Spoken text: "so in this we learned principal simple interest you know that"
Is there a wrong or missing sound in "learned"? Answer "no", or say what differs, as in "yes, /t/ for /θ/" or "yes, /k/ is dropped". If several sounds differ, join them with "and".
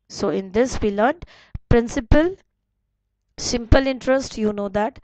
yes, /n/ is dropped